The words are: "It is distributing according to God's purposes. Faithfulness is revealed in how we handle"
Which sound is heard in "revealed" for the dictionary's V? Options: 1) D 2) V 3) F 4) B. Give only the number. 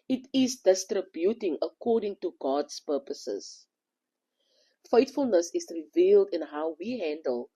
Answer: 2